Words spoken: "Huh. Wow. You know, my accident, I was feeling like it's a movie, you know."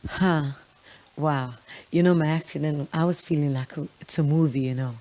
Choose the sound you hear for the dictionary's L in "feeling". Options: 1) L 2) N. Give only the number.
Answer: 1